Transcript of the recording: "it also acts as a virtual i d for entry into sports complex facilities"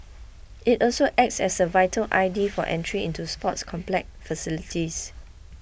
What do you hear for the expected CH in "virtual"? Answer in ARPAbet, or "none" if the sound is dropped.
none